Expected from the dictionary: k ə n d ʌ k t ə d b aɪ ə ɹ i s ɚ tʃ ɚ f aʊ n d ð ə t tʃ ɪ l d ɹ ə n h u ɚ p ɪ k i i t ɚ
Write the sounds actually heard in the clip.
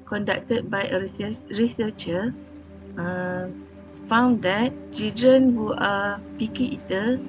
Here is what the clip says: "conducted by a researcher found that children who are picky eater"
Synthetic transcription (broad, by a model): k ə n d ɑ k t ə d b aɪ ə ɹ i s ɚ tʃ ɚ f aʊ n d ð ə t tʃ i d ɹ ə n h u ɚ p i k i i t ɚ